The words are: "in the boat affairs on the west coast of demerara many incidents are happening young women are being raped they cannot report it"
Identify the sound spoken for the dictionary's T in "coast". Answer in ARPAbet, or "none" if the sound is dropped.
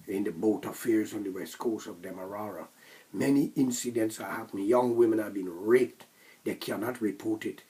none